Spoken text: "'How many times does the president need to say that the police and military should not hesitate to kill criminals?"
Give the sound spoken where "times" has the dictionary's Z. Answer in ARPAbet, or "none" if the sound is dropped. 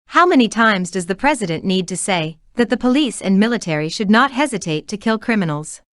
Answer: Z